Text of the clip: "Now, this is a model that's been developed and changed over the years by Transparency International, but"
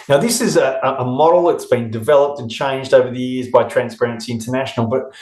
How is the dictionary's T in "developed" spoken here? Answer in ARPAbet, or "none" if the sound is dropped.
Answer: T